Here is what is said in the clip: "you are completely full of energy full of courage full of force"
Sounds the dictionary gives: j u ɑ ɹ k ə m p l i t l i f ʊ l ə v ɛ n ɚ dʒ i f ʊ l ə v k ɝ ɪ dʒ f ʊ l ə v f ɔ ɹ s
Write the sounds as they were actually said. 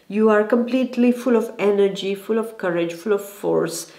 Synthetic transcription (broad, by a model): j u ɑ ɹ k ə m p l i t l i f ʊ l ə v ɛ n ɚ dʒ i f ʊ l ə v k ɝ ɪ dʒ f ʊ l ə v f ɔ ɹ s